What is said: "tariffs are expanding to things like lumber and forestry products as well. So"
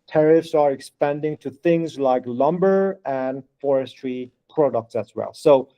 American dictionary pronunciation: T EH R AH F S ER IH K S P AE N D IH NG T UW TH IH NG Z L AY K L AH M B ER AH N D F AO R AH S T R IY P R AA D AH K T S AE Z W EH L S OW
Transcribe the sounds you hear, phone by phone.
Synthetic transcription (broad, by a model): T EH R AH F S ER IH K S P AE N D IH NG T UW TH IH NG Z L AY K L AH M B ER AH N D F AO R AH S T R IY P R AA D AH K T S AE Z W EH L S OW